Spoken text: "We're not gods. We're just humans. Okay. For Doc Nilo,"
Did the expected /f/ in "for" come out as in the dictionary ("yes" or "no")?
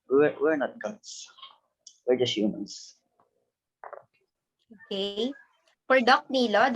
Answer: no